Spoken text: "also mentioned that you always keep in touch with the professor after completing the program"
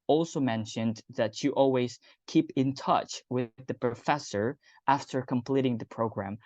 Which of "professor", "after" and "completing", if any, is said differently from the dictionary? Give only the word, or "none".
none